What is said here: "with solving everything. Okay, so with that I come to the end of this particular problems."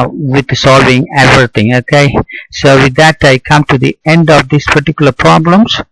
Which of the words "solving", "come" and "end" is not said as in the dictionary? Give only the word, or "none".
none